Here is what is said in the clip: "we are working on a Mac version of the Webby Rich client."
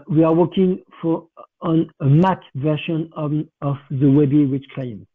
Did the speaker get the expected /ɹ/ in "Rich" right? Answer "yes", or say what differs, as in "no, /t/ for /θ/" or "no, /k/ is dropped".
no, /w/ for /ɹ/